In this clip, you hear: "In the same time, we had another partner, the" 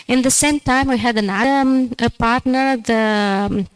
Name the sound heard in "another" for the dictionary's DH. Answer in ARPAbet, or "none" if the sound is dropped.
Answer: none